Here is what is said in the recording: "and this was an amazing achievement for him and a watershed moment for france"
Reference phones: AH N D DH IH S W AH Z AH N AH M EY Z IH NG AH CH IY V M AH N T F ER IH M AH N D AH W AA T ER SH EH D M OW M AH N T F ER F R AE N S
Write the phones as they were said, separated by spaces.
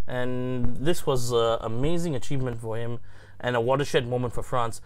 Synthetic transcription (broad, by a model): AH N DH IH S W AH Z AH AH M EY Z IH NG AH CH IY V M AH N T F ER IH M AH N AH W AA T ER SH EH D M OW M AH N T F ER F R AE N S